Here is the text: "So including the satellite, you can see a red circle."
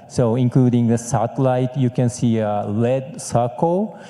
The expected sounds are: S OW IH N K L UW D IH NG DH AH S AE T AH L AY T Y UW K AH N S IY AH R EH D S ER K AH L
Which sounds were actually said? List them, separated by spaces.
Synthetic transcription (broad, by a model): S OW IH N K L UW D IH NG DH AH S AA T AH L AY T Y UW K AH N S IY AH L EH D S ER K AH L